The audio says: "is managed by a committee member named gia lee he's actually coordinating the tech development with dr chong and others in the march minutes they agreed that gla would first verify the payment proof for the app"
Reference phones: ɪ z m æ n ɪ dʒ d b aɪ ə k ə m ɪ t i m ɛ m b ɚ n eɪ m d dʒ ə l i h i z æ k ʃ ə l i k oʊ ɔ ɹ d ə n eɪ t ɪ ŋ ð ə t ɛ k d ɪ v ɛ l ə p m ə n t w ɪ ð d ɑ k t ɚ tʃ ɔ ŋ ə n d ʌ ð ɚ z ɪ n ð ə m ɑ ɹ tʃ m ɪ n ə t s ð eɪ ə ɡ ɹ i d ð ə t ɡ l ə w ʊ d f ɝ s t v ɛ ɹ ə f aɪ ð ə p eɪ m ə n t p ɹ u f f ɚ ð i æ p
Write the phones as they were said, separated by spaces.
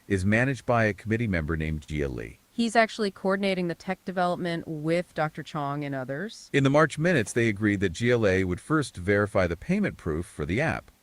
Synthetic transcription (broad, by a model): ɪ z m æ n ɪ dʒ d b aɪ ə k ə m ɪ t i m ɛ m b ɚ n eɪ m dʒ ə l i h i z æ k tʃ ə l i k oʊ ɔ ɹ d n eɪ t ɪ ŋ ð ə t ɛ k d ɪ v ɛ l ə p m ə n t w ɪ ð d ɑ k t ɚ tʃ ɔ ŋ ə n ʌ ð ɚ z ɪ n ð ə m ɑ ɹ tʃ m ɪ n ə t s ð eɪ ə ɡ ɹ i d ð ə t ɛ l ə w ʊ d f ɝ s t v ɛ ɹ ə f aɪ ð ə p eɪ m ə n p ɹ u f f ɚ ð i æ p